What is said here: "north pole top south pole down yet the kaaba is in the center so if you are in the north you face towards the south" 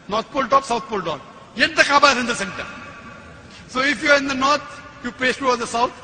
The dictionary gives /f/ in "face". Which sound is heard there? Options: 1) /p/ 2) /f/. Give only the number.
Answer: 1